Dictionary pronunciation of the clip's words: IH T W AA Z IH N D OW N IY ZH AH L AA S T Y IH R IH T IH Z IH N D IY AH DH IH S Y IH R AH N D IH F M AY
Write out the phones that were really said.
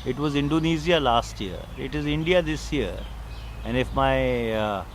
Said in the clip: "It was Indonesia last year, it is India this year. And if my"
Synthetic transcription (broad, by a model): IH T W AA Z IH N D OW N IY Z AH L AA S T Y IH R IH T IH Z IH N D IY AH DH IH S Y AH R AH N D IH F M AY